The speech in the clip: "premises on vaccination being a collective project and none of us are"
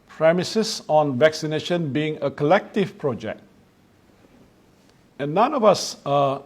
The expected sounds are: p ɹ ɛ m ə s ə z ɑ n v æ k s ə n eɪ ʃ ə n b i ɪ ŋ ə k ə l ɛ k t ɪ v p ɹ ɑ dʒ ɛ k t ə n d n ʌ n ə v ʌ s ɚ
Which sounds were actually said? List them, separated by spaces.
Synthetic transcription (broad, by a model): p ɹ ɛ m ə s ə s ɑ n v æ k s ə n eɪ ʃ ə n b i ɪ ŋ ə k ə l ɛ k t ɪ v p ɹ ɑ dʒ ɛ k t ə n n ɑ n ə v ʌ s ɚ